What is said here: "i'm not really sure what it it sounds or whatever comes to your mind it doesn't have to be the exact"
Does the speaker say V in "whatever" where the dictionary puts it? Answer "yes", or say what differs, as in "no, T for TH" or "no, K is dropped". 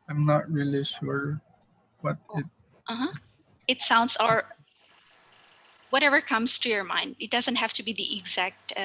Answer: yes